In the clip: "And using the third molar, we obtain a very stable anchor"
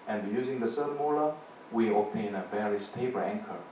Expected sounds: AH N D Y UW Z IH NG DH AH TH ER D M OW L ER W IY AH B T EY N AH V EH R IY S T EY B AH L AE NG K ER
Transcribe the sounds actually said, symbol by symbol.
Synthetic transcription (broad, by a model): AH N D Y UW Z IH NG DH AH S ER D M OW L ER W IY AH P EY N AH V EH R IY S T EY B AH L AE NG K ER